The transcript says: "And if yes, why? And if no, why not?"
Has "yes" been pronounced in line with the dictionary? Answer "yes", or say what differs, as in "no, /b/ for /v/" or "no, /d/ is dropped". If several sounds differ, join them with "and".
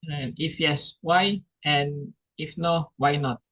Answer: yes